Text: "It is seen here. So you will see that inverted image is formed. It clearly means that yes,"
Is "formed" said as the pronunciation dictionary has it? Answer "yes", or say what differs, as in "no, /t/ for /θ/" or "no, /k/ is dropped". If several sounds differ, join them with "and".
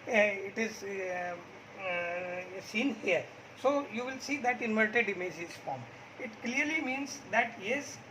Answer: no, /d/ is dropped